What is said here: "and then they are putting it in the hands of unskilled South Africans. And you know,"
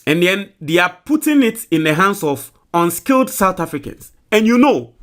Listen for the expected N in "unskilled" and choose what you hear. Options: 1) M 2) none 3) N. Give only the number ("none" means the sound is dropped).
3